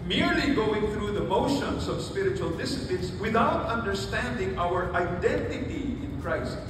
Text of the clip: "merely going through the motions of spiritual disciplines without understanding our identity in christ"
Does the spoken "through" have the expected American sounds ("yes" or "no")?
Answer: yes